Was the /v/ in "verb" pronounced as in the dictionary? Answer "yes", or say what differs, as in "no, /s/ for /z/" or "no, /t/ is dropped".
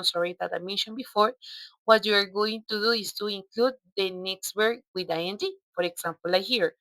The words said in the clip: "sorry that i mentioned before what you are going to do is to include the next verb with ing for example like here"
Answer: no, /w/ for /v/